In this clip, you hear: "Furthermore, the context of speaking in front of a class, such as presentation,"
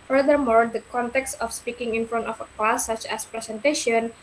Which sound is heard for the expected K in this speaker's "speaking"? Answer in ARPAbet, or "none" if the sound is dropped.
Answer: K